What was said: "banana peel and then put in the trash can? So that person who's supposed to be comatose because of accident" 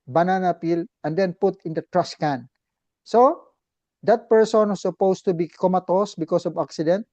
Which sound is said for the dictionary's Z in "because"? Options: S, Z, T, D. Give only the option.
S